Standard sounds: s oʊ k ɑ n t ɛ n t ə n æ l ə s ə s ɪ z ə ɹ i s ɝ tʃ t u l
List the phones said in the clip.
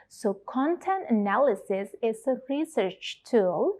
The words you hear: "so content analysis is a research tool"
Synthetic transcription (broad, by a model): s oʊ k ɑ n t ɛ n t ə n æ l ə s ə s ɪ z ə ɹ i s ɝ tʃ t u l